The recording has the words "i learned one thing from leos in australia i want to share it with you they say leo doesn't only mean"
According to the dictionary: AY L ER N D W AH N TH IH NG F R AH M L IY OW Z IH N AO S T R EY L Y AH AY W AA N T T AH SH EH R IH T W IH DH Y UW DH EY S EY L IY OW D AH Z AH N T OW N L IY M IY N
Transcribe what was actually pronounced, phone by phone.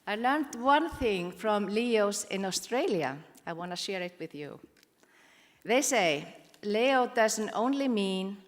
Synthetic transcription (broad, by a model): AY L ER N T W AH N TH IH NG F R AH M L IY OW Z IH N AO S T R EY L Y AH AY W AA N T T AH SH EH R IH T W IH DH Y UW DH EY S EY L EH OW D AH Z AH N T OW N L IY M IY N